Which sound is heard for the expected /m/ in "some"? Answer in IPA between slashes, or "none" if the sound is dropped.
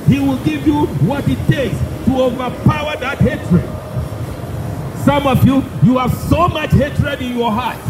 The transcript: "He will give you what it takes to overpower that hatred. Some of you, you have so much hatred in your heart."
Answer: /m/